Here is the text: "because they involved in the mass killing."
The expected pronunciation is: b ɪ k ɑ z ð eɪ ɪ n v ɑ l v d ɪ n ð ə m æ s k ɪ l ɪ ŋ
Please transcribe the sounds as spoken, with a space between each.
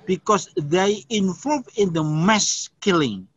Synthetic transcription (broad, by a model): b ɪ k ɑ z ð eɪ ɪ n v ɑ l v ɪ n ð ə m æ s k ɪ l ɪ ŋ